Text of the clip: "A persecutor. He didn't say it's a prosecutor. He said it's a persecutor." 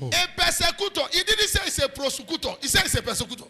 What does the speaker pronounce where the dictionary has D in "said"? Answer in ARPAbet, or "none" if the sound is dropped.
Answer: none